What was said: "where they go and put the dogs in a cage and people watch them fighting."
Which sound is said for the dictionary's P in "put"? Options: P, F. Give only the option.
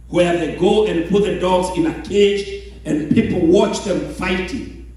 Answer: P